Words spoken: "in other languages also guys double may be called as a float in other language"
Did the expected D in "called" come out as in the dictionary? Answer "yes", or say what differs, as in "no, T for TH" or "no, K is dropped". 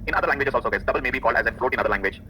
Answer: yes